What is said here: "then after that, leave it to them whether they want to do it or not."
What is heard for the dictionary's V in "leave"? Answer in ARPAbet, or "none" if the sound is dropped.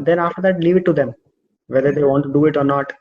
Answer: V